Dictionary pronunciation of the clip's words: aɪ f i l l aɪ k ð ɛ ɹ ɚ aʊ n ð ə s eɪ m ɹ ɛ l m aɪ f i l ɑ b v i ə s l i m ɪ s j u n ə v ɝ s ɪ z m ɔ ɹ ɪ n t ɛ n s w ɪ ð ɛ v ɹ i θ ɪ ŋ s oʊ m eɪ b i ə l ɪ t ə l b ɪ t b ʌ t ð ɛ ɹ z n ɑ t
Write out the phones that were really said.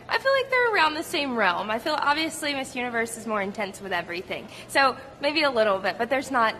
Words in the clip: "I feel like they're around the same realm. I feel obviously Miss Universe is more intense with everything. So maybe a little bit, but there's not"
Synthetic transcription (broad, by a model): aɪ f i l l aɪ k ð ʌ ɹ ɚ aʊ n ð ə s eɪ m ɹ ɛ l m aɪ f i l ɑ b v i ə s l i m ɪ s j u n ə v ɝ s ɪ z m ɔ ɹ ɪ n t ɛ n s w ɪ ð ɛ v ɹ i θ ɪ ŋ s oʊ m eɪ b i ə l ɪ t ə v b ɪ t b ʌ t ð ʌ ɹ z n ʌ t